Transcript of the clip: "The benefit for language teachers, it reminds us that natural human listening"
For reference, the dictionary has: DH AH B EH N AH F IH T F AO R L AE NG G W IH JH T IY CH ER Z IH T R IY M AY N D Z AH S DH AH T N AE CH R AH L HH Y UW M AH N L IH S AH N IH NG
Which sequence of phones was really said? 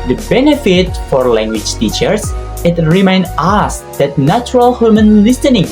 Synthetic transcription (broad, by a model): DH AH B EH N AH F IH T F AO R L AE NG G W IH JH T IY CH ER S IH T R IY M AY N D AH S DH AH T N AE CH R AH L HH Y UW M AH N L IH S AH N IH NG